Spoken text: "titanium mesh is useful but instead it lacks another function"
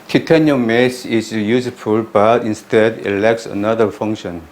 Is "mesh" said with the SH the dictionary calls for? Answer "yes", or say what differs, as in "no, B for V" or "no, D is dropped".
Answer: no, S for SH